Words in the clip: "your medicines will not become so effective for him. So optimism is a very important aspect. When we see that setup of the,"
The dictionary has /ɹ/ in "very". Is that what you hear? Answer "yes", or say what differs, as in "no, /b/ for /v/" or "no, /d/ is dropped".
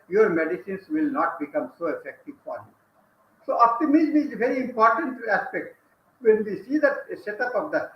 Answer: yes